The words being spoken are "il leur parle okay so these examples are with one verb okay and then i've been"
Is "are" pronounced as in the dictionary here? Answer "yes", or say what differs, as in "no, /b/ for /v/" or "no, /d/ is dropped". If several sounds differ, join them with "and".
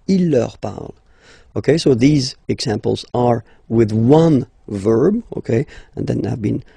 yes